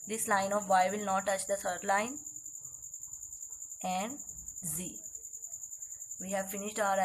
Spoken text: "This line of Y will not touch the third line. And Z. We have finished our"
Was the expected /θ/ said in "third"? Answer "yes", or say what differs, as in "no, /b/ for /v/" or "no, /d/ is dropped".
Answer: no, /s/ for /θ/